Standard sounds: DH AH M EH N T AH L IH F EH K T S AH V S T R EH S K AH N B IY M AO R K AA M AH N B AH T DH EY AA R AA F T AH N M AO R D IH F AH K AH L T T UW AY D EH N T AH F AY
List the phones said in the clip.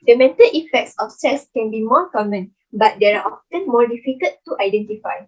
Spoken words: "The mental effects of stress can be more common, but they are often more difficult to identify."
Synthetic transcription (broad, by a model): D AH M EH N T AH L IH F EH K T S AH F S EH S K AH N B IY M AO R K AA M AH N B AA T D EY AA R AA F T AH N M AO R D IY F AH K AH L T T UW AY D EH N T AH F AY